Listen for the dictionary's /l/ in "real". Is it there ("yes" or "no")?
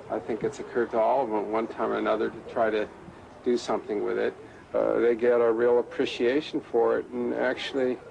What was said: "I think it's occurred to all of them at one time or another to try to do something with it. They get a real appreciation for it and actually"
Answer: yes